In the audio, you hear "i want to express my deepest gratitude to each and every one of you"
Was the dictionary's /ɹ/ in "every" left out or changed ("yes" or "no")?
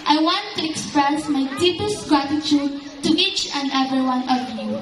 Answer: yes